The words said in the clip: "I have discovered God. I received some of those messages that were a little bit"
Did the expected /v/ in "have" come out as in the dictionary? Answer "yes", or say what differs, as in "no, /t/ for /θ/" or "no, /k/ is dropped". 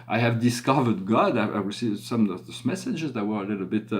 yes